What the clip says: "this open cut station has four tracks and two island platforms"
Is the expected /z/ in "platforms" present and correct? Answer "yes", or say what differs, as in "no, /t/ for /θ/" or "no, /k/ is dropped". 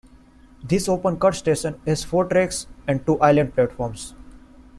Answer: no, /s/ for /z/